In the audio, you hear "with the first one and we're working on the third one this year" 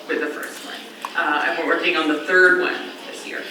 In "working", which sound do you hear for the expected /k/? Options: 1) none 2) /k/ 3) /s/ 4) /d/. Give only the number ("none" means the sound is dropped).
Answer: 1